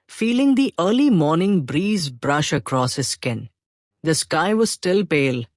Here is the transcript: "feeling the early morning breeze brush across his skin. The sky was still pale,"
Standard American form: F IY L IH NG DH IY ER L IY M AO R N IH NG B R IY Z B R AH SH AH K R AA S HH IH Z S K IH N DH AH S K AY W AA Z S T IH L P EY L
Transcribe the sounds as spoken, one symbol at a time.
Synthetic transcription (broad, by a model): F IY L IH NG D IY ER L IY M AO R N IH NG B R IY Z B R AH SH AH K R AA S HH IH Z S K IH N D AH S K AY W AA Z S T IH L P EY L